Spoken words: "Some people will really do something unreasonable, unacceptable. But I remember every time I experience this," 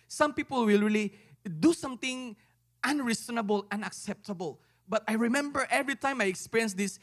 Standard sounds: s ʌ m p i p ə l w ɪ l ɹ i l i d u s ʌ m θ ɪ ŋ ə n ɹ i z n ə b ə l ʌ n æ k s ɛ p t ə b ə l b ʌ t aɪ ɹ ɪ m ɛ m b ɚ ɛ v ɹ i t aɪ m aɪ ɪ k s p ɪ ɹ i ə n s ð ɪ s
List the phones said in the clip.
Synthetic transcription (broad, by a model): s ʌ m p i p ə l w ɪ l ɹ i l i d u s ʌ m t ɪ ŋ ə n ɹ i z n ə b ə l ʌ n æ k s ɛ p t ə b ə l b ʌ t aɪ ɹ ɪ m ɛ m b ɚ ɛ v ɹ i t aɪ m aɪ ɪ k s p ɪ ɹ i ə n s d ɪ s